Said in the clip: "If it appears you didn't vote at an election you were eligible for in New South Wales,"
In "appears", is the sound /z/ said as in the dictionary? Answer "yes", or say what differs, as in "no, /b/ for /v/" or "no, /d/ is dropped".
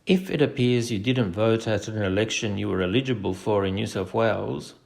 yes